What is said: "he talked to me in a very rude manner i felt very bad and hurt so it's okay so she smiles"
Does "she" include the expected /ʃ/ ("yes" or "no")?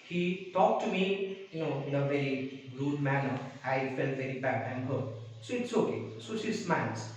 no